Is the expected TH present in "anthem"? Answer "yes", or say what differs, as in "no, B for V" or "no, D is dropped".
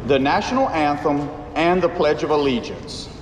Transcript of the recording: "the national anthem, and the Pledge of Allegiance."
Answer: yes